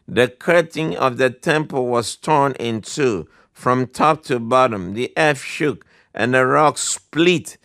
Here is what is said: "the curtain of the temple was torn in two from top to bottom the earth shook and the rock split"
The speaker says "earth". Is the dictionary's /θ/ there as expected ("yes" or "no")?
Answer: no